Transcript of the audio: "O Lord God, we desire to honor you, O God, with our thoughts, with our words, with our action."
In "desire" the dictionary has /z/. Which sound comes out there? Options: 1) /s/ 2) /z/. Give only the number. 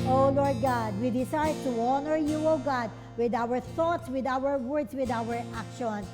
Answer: 1